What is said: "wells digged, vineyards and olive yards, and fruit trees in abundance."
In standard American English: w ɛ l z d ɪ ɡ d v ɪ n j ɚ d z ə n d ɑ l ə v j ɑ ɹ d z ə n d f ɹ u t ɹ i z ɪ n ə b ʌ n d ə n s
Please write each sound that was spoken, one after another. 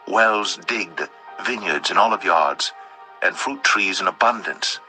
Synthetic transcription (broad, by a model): w ɛ l z d ɪ ɡ d v ɪ n j ɚ d z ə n ɑ l ə v j ɑ ɹ d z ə n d f ɹ u t ɹ i z ɪ n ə b ʌ n d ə n s